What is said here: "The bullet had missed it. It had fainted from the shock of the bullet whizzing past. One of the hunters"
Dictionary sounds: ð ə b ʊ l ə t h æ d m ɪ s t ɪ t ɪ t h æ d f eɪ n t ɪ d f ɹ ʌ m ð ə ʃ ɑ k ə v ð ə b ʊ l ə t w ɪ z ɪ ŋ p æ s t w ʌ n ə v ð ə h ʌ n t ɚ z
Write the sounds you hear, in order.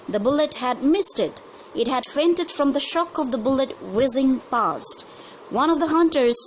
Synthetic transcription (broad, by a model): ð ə b ʊ l ə t h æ d m ɪ s t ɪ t ɪ t h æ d f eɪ n t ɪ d f ɹ ʌ m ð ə ʃ ɑ k ə v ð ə b ʊ l ə t w ɪ z ɪ ŋ p æ s t w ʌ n ə v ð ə h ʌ n t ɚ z